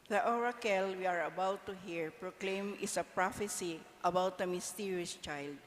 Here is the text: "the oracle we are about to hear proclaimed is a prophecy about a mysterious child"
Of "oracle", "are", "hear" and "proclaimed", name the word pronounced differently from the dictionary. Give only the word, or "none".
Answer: proclaimed